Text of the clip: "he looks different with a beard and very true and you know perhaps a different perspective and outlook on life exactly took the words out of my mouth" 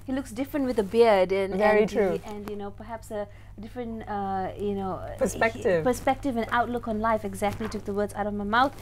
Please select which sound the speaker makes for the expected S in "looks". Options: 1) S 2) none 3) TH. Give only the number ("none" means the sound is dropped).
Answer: 1